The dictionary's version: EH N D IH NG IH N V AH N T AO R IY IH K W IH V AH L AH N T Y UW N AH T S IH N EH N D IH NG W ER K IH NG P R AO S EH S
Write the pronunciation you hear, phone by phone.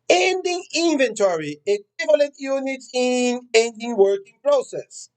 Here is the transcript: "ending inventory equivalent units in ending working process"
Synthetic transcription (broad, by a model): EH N D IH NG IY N V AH N T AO R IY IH K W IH V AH L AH N T Y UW N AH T IH N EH N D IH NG W ER K IH NG P R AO S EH S